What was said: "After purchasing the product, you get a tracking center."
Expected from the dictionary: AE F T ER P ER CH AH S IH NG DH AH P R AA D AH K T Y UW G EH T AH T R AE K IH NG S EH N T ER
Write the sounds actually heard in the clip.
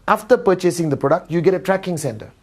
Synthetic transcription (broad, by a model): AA F T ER P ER CH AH S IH NG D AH P R AA D AH K T Y UW G EH T AH T R AE K IH NG S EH N T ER